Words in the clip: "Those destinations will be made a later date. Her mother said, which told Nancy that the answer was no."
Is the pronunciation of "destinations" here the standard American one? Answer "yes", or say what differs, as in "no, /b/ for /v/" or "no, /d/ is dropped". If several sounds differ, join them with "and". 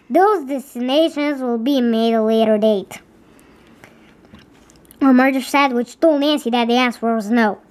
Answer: yes